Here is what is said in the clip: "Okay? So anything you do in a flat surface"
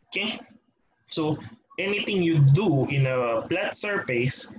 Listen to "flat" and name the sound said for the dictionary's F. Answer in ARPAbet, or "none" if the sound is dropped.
P